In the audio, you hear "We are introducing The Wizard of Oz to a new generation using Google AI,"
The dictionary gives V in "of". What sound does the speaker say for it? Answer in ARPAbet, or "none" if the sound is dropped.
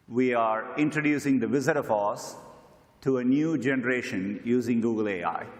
F